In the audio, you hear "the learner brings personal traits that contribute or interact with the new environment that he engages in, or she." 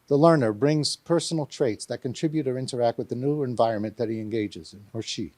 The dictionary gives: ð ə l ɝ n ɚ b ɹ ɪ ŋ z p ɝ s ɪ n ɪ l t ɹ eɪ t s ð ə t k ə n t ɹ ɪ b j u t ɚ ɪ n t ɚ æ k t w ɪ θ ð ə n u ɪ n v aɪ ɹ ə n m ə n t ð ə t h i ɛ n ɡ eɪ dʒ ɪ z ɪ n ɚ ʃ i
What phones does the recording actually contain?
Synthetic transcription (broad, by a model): ð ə l ɝ n ɚ b ɹ ɪ ŋ z p ɝ s n l t ɹ eɪ t s ð ə t k ə n t ɹ ɪ b j u t ɚ ɪ n t ɚ æ k t w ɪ ð ə n u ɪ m v aɪ ɹ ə n m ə n ð ə t h i ɛ n ɡ eɪ dʒ ɪ z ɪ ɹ ʃ i